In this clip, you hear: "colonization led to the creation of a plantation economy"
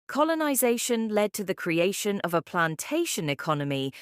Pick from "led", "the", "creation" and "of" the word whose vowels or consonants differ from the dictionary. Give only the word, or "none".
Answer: none